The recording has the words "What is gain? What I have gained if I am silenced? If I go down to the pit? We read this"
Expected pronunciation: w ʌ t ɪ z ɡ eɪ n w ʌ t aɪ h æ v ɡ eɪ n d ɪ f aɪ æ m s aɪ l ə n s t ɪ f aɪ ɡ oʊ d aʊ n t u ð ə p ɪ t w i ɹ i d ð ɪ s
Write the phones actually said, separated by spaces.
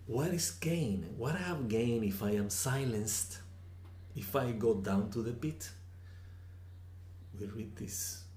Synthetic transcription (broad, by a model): w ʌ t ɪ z ɡ eɪ n w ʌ t aɪ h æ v ɡ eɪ n ɪ f aɪ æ m s aɪ l ə n s t ɪ f aɪ ɡ oʊ d aʊ n t u ð ə p ɪ t w i ɹ i d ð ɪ s